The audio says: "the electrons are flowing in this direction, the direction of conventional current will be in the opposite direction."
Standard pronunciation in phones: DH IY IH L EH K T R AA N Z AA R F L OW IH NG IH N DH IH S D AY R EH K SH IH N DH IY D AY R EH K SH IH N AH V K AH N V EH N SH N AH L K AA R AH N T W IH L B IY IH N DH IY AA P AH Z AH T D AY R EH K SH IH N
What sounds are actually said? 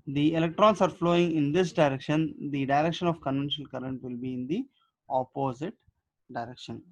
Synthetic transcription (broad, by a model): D IY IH L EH K T R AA N S AA R F L OW IH NG IH N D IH S D AY R EH K SH IH N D IY D AY R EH K SH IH N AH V K AH N V EH N SH N AH L K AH R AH N T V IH L B IY IH N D IY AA P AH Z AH T D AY R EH K SH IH N